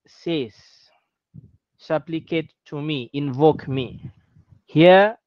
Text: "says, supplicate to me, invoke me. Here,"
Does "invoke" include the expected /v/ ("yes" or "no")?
yes